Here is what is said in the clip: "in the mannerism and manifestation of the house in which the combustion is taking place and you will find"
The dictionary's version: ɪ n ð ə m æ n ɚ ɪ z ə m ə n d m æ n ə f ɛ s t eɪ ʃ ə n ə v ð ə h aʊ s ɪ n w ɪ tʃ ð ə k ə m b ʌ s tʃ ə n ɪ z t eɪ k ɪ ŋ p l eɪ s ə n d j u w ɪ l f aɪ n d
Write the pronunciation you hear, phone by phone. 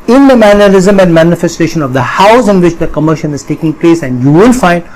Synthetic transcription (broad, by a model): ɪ n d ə m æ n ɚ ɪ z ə m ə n d m æ n ə f ɛ s t eɪ ʃ ə n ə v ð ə h aʊ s ɪ n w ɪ tʃ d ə k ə m ʌ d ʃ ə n ɪ z t eɪ k ɪ ŋ p l eɪ s ə n d j u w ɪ l f aɪ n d